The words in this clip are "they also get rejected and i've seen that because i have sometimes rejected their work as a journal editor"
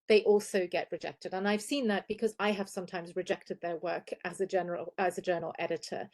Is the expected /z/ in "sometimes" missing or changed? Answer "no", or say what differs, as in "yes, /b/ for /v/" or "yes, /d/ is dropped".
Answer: no